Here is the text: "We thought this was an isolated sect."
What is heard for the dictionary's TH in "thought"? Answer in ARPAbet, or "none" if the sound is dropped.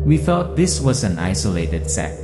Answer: F